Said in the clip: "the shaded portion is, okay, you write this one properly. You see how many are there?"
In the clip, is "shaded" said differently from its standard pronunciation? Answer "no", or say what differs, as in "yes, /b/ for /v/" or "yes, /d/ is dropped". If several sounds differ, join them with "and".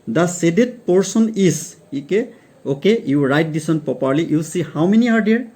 yes, /s/ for /ʃ/